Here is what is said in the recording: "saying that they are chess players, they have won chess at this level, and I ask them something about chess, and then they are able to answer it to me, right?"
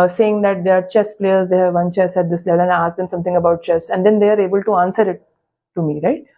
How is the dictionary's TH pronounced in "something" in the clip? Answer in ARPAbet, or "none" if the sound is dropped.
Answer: T